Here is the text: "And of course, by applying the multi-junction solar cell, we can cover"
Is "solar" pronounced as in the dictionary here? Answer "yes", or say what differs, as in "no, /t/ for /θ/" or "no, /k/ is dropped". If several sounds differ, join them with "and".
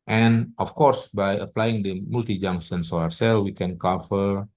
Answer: no, /l/ is dropped